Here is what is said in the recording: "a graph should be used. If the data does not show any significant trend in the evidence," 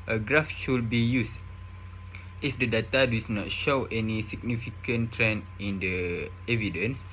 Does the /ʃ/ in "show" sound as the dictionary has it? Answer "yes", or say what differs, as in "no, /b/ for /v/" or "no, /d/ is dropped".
yes